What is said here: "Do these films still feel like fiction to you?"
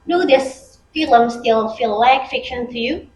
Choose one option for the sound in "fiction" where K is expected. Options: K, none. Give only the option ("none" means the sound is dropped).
K